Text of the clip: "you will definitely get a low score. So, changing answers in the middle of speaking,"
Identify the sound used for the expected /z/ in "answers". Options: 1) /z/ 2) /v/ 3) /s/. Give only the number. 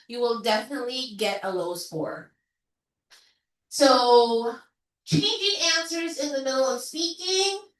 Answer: 1